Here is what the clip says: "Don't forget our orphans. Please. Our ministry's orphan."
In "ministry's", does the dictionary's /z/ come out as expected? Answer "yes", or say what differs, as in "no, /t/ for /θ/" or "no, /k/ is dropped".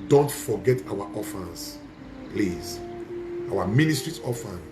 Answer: no, /s/ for /z/